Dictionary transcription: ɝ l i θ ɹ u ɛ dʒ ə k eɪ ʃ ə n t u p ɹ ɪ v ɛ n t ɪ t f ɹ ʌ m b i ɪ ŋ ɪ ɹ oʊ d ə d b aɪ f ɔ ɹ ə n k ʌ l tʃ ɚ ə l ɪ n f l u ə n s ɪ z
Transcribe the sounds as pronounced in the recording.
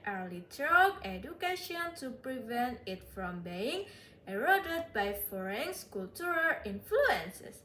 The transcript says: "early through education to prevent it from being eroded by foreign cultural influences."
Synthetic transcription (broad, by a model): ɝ l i t ɹ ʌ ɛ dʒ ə k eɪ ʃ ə n t u p ɹ ɪ v ɛ n t ɪ t f ɹ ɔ m b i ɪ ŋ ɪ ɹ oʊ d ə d b aɪ f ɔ ɹ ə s k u l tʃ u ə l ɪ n f l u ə n s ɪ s